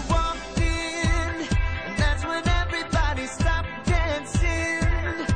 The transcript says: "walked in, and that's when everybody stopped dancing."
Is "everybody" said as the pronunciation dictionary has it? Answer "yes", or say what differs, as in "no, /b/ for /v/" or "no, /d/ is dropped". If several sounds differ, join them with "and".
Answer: yes